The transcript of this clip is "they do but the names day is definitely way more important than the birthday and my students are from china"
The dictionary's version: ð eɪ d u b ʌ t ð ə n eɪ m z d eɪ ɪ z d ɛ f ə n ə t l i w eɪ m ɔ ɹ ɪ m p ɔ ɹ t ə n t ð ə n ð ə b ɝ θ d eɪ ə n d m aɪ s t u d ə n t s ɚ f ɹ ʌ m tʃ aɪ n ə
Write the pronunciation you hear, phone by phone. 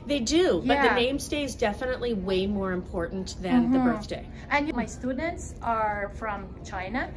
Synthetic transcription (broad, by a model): ð eɪ d u b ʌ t ð ə n eɪ m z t eɪ ɪ z d ɛ f ə n ə t l i w eɪ m ɔ ɹ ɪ m p ɔ ɹ t n ð ə n ð ə b ɝ θ d eɪ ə n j m aɪ s t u d n t s ɚ f ɹ ʌ m tʃ aɪ n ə